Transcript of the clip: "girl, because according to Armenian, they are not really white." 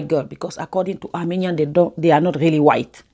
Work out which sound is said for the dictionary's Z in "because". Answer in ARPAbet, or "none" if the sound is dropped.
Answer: S